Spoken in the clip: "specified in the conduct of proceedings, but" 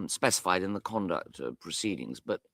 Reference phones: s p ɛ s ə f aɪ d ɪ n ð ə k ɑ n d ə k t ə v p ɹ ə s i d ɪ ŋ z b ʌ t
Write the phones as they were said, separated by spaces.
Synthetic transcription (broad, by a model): s p ɛ s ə f aɪ d ɪ n ð ə k ɑ n d ə k t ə p ɹ ə s i d ɪ ŋ z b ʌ t